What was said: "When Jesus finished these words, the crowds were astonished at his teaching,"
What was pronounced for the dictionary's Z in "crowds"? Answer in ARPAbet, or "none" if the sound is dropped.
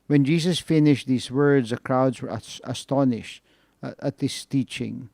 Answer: Z